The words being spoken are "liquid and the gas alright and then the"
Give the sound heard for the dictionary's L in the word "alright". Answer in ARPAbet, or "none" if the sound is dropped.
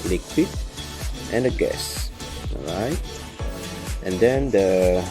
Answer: none